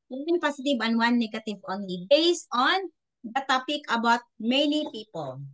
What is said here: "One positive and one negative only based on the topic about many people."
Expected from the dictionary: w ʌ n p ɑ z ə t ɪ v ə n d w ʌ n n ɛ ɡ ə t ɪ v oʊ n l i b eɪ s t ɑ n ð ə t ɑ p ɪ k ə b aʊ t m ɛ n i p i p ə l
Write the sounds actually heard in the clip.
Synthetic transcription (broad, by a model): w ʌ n p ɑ s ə t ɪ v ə n w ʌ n n ɛ ɡ ə t ɪ v oʊ n l i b eɪ s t ɑ n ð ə t ɑ p ɪ k ə b aʊ t m ɛ n i p i p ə l